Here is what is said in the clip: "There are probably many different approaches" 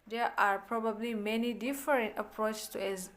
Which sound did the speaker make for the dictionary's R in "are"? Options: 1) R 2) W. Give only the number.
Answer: 1